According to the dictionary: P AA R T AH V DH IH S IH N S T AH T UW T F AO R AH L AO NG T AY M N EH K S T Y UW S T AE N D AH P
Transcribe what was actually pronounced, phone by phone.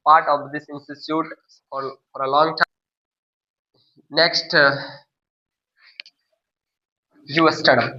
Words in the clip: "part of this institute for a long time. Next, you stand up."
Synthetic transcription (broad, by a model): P AA R T AH V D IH S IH N S T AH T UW T F AO R AH L AO NG T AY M N EH K S T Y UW S T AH D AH